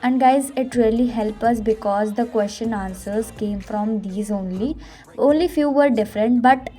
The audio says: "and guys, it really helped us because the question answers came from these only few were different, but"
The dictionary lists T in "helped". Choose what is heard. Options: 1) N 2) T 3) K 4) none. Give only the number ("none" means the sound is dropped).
4